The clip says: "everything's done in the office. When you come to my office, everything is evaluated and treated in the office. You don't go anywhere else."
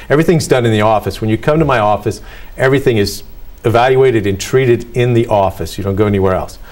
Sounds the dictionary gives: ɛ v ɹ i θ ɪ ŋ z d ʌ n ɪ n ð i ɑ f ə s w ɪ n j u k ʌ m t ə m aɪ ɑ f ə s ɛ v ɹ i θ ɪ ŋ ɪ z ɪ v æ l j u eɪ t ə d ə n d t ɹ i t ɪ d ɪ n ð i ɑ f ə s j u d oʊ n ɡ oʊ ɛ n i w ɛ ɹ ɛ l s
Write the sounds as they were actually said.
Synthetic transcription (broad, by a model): ɛ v ɹ i θ ɪ ŋ z d ʌ n ɪ n ð i ɑ f ə s w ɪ n j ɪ k ʌ m t ə m aɪ ɑ f ə s ɛ v ɹ i θ ɪ ŋ ɪ z ɪ v æ l j u eɪ t ə d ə n t ɹ i t ɪ d ɪ n ð i ɑ f ə s j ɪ d oʊ n ɡ oʊ ɛ n i w ɛ ɹ ɛ l s